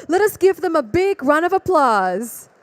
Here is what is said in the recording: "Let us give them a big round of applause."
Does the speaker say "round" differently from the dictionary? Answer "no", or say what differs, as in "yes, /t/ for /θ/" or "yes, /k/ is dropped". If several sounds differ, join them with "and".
yes, /d/ is dropped